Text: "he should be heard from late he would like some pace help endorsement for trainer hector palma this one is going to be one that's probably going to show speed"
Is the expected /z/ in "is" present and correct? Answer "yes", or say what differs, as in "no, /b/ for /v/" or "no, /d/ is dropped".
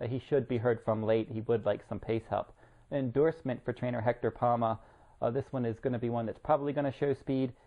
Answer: yes